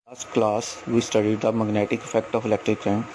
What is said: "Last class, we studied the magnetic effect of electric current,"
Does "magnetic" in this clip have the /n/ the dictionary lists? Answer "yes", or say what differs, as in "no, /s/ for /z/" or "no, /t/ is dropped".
yes